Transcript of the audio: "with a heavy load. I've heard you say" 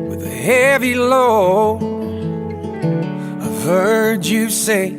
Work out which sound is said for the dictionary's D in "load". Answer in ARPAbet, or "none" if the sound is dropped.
none